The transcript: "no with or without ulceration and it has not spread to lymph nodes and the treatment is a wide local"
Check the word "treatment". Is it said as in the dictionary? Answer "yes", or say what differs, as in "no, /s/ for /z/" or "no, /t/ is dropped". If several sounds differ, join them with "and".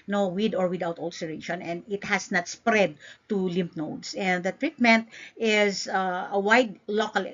yes